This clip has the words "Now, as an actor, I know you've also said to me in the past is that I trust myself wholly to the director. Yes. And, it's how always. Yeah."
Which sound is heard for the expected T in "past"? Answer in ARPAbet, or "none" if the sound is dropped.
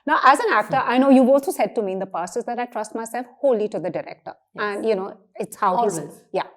none